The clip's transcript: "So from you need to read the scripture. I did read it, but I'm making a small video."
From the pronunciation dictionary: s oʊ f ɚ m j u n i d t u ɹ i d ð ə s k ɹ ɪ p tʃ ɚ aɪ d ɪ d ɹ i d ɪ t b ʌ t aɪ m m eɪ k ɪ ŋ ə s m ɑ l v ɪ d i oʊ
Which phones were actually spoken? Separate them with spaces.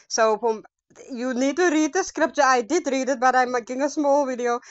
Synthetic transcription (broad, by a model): s oʊ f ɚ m j u n i d t u ɹ i d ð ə s k ɹ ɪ p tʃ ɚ aɪ d ɪ d ɹ i d ɪ t b ʌ t aɪ m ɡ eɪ ɪ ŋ ə s m ɑ l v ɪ d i oʊ